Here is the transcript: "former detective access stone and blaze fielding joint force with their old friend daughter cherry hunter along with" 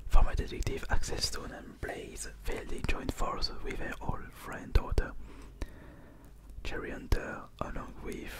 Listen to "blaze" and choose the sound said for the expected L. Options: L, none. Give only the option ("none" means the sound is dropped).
L